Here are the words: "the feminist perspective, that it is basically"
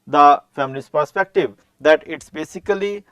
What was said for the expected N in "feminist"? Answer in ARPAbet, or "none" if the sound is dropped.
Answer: L